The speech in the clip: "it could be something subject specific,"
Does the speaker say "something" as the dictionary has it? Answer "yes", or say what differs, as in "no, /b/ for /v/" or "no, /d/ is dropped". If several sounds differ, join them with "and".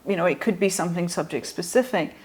yes